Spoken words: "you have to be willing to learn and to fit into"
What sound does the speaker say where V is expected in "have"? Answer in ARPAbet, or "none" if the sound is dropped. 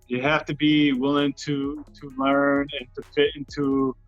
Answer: F